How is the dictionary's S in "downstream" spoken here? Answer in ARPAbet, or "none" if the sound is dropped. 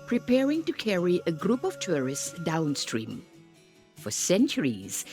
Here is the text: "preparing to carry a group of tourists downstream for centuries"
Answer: S